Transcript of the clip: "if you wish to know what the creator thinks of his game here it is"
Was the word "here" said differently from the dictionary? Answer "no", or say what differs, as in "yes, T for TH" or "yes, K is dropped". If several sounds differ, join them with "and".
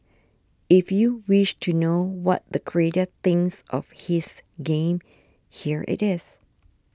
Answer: no